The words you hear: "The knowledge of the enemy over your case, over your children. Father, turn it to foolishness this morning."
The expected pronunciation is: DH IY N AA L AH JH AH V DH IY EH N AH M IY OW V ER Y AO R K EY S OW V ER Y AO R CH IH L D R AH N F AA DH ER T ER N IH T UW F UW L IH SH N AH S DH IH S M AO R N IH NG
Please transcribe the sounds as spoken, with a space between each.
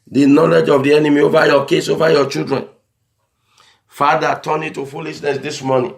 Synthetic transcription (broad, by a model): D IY N AA L AH JH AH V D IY EH N AH M IY OW V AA Y AO K EY S OW V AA Y AO CH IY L D R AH N F AA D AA T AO N IH T UW F UW L IH SH N AH S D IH S M AO N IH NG